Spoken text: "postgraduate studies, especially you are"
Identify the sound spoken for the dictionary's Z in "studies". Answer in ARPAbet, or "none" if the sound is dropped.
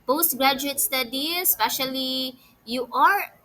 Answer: none